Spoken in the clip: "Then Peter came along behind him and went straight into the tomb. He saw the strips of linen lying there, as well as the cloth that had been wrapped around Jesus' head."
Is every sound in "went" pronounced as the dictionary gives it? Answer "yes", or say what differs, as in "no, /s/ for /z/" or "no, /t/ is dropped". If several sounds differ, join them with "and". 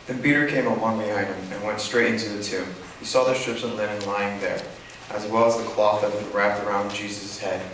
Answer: yes